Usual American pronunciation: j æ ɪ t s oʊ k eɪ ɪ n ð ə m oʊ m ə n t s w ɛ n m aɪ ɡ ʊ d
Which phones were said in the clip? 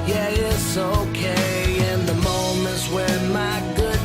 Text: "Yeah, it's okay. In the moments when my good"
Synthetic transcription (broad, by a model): j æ ɪ t s oʊ k eɪ ɪ n ð ə m oʊ m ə n t w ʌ n m aɪ ɡ ʊ d